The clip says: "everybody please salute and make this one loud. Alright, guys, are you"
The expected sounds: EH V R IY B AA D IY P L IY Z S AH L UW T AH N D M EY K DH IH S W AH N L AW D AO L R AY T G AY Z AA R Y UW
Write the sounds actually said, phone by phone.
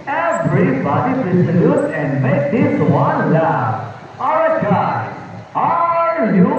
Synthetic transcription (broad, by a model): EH V R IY B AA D IY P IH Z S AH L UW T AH N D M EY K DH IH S W AH N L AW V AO R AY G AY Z AA R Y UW